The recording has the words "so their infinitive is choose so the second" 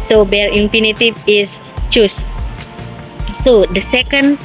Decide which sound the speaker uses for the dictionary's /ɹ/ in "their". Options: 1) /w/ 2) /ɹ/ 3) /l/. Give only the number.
3